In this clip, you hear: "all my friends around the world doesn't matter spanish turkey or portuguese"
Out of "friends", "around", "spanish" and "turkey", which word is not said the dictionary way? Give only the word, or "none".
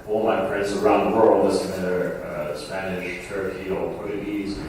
friends